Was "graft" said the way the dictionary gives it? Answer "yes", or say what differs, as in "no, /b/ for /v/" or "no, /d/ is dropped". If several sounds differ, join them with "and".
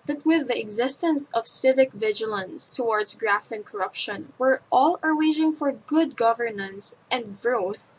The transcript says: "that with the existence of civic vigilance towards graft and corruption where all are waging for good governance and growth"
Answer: yes